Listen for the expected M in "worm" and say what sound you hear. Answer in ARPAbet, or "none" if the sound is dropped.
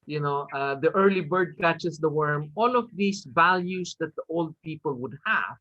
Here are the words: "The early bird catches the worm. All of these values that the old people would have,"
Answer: M